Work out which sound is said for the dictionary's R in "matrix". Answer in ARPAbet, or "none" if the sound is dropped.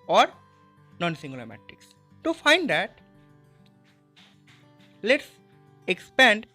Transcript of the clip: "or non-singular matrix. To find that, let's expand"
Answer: none